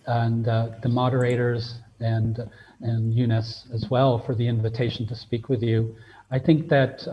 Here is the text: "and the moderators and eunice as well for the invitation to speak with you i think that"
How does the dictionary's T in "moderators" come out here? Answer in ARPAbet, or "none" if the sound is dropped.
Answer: T